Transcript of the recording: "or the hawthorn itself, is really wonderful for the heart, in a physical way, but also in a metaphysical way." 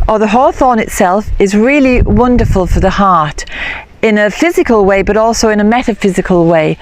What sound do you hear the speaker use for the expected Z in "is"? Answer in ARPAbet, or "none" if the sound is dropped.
Z